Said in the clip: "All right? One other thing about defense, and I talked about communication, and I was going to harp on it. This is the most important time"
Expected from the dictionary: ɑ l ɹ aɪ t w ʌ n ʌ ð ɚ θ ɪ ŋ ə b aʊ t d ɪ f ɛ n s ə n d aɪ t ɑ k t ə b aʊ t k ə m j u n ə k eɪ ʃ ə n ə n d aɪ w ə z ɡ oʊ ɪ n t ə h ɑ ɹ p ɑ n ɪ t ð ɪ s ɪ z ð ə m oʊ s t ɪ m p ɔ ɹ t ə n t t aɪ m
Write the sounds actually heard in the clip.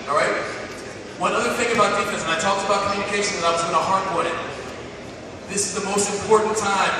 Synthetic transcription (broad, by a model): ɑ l ɹ aɪ t w ʌ n ʌ ð ɚ θ ɪ ŋ ə b aʊ t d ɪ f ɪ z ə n aɪ t ɑ k t ə b aʊ t k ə m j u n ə k eɪ ʃ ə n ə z aɪ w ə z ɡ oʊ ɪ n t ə h ɑ ɹ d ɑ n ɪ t ð ɪ s ɪ z ð ə m oʊ s t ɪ m p ɔ ɹ t n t t aɪ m